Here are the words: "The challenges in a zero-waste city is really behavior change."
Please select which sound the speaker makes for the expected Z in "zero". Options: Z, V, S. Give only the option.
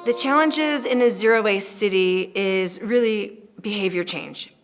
Z